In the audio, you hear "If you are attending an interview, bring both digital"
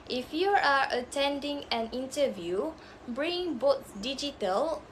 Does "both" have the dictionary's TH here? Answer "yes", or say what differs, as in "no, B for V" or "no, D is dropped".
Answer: no, T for TH